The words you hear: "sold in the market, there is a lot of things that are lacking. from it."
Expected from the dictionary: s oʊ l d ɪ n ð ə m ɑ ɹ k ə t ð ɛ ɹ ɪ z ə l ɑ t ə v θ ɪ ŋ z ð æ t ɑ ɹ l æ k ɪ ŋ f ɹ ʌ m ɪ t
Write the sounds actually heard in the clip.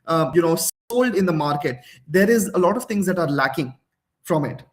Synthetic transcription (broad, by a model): s oʊ l d ɪ n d ə m ɑ ɹ k ə t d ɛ ɹ ɪ z ə l ɑ t ə v t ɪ ŋ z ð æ t ɑ ɹ l æ k ɪ ŋ f ɹ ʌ m ɪ t